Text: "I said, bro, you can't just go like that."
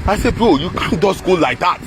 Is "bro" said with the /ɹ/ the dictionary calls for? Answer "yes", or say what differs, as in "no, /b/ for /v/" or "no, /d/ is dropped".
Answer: no, /ɹ/ is dropped